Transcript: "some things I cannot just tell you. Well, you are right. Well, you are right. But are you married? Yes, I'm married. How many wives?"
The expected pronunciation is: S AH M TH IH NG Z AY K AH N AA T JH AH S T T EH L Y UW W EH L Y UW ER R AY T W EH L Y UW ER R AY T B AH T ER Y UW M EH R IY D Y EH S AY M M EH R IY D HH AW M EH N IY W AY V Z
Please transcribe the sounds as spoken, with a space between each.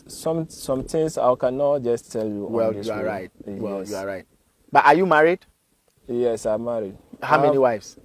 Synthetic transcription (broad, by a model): S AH M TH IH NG S AY K AH N AA T JH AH S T T EH L Y UW W EH L Y UW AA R AY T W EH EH Y UW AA R AY T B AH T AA Y UW M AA R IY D Y EH S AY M M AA R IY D HH AW M EH N IY W AY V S